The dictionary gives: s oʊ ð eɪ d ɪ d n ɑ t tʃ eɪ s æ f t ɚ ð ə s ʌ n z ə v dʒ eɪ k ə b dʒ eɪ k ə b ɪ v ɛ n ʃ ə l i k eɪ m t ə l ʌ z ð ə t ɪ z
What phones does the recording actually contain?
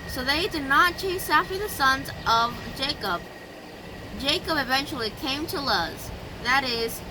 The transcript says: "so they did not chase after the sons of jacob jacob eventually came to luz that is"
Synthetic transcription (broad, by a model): s oʊ ð eɪ d ɪ d n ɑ t tʃ eɪ s æ f t ɚ ð ə s ʌ n z ə v dʒ eɪ k ə b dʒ eɪ k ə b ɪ v ɛ n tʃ l i k eɪ m t ə l ʌ z ð ə t ɪ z